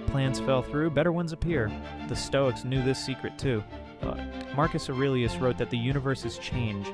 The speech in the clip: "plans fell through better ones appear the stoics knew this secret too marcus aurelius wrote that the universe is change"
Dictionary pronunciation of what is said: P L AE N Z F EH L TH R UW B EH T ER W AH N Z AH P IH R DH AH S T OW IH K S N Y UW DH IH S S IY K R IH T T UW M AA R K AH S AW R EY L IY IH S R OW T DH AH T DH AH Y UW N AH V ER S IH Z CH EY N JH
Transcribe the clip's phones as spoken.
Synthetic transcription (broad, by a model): P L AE N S F EH L TH R UW B EH T ER W AH N Z AH P IH R DH AH S T OW IH K S N Y UW DH IH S S IY K R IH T T UW M AA R K AH S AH R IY L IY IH S R OW T DH AH T DH AH Y UW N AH V ER S IH Z CH EY N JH